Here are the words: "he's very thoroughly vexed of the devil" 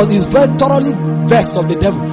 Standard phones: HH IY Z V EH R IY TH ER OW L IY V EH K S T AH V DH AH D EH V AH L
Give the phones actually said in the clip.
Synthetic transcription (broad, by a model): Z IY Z V EH R IY T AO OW L IY V EH K S T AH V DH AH D EH V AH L